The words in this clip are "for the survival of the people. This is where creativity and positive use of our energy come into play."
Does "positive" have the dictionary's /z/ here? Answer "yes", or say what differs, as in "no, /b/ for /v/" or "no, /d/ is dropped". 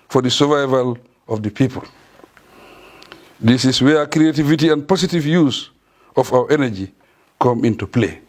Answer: no, /s/ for /z/